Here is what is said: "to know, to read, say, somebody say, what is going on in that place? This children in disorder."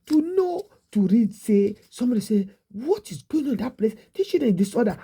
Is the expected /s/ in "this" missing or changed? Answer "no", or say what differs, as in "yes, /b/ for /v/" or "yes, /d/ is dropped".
yes, /s/ is dropped